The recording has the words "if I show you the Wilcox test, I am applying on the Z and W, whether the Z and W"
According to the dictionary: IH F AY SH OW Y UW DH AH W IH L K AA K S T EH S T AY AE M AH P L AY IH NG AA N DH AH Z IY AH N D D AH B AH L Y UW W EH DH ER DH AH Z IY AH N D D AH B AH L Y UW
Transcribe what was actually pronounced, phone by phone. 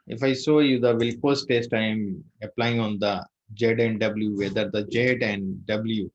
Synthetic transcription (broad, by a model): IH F AY S OW Y UW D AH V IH L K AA S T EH S T AY M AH P L AY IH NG AA N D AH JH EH AH N D D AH B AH L Y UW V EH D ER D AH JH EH AH N D D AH B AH L Y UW